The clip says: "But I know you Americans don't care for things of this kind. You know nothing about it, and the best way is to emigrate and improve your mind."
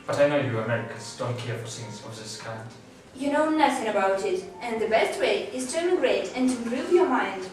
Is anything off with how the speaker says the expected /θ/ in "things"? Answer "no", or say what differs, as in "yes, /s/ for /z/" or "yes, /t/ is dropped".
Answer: yes, /s/ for /θ/